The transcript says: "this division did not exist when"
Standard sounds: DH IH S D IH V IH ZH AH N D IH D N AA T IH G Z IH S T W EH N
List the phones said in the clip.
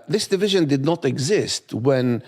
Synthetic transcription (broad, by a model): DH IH S D IH V IH ZH AH N D IH D N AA T IH G Z IH S T W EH N